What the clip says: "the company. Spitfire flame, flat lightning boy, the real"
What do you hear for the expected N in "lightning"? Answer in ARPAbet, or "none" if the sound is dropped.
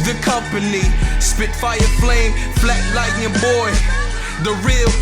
none